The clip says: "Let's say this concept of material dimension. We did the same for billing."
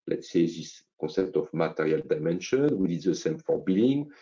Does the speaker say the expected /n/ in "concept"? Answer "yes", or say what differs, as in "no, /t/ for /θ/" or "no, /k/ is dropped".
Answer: no, /n/ is dropped